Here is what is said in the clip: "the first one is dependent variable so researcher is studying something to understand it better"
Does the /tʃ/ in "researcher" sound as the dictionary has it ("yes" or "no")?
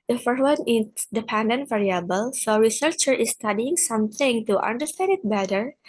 yes